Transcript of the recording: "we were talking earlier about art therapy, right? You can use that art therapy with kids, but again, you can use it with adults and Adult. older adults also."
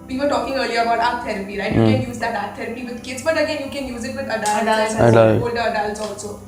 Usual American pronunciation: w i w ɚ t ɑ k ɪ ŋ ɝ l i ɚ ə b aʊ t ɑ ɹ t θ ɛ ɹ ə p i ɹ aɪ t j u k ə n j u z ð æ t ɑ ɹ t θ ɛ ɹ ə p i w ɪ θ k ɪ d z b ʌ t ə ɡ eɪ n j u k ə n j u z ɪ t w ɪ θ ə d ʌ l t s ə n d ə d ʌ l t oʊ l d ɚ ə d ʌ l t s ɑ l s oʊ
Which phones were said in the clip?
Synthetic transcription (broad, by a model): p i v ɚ t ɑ k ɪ ŋ ɝ l i ɚ ə b aʊ t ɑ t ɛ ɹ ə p i ɹ aɪ t j u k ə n j u z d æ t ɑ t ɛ ɹ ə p i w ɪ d k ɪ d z b ʌ t ə ɡ eɪ n j u k ə n j u z ɪ t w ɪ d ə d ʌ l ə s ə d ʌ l oʊ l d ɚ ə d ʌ l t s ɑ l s oʊ